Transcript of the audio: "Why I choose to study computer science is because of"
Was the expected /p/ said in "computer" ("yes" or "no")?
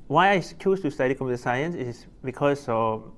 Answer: no